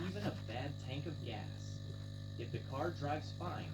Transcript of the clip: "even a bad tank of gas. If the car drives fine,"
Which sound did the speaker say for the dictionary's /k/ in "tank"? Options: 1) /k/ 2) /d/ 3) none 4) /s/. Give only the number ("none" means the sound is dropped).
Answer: 1